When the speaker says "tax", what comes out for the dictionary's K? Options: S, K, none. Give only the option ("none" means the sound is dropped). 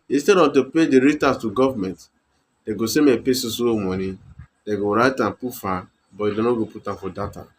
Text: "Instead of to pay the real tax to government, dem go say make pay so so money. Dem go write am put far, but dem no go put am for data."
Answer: none